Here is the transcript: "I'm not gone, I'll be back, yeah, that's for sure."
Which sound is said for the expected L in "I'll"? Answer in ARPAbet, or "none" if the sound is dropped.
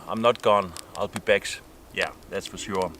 L